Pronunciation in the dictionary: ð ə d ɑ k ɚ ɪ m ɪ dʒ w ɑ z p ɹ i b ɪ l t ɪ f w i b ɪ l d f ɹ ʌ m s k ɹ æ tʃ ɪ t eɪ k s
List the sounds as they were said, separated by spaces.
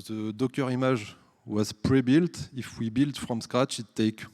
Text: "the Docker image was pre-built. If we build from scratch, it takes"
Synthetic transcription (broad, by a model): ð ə d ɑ k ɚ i m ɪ ʒ w ɑ z p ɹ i b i l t ɪ f w i b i l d f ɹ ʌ m s k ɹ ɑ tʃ ɪ t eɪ k